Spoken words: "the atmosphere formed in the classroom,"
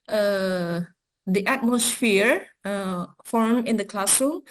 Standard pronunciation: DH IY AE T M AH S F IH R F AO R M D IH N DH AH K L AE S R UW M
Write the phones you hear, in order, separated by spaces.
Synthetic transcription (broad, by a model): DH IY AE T M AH S F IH R F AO R M IH N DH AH K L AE S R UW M